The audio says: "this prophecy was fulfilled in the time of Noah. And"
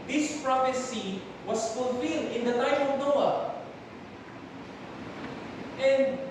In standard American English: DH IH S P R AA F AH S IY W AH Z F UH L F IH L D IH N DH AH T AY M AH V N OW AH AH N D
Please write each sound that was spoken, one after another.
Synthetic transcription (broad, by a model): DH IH S P R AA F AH S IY W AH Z F UH L F IH L D IH N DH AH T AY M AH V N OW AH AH N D